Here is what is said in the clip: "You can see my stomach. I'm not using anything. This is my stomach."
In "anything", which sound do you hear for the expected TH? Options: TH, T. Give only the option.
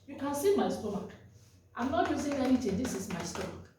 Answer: T